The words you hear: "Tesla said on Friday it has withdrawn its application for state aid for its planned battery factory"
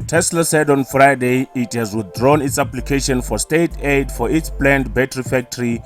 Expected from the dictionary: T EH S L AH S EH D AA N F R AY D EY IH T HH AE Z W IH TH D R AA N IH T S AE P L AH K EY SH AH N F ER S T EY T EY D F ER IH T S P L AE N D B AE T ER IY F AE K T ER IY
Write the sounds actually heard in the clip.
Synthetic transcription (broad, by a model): T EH S L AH S EH D AA N F R AY D EY IH T HH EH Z W IH TH D R AA N IH T S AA P L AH K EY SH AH N F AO S T EY T EY D F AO IH T S P L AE N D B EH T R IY F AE K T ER IY